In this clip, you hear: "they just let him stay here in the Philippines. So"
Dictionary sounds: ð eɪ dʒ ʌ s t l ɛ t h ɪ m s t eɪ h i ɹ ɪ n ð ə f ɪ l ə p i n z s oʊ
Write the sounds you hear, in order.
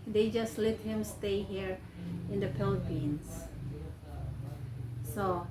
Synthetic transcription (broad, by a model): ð eɪ dʒ ʌ s t l ɛ t h ɪ m s t eɪ h i ɹ ɪ n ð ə p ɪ l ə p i n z s oʊ